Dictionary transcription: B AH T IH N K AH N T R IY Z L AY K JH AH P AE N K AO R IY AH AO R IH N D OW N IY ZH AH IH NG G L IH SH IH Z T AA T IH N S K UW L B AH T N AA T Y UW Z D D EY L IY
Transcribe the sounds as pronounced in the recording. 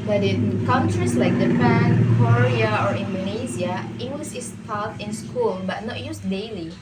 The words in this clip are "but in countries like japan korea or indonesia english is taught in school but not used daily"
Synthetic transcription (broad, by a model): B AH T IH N K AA N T R IY S L AY K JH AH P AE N K AO R IY AH AO R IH N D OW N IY Z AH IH NG G L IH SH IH S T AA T IH N S K UW L B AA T N AA T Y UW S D D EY L IY